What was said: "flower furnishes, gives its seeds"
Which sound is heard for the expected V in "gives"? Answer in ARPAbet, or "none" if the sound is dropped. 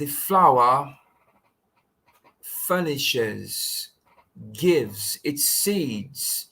V